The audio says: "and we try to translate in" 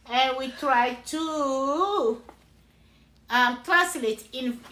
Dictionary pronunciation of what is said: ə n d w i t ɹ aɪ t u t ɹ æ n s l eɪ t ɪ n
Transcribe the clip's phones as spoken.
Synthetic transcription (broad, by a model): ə n w i t ɹ aɪ t u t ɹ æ s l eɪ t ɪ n